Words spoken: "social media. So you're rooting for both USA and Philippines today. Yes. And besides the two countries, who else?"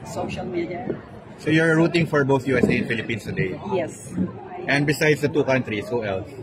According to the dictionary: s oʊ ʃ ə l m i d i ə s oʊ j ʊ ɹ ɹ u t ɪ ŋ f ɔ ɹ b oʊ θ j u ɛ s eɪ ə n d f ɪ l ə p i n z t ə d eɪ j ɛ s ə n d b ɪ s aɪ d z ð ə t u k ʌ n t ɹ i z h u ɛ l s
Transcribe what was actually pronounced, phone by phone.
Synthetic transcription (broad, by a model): s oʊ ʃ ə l m i d i ə s oʊ j ʊ ɹ ɹ u t ɪ ŋ f ɔ ɹ b oʊ θ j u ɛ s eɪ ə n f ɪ l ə p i n s t ə d eɪ j ɛ s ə n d b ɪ s aɪ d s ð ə t u k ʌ n t ɹ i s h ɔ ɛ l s